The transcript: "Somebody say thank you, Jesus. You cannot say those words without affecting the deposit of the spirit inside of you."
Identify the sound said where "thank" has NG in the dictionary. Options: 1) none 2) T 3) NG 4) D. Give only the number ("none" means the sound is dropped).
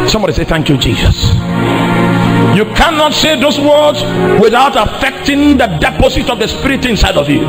3